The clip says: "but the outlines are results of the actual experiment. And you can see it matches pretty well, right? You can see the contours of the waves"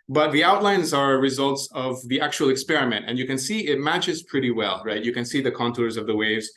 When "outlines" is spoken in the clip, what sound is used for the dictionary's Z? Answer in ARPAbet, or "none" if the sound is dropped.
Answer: Z